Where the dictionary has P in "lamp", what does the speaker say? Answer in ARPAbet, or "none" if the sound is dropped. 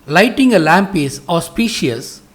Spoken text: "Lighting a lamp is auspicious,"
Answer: P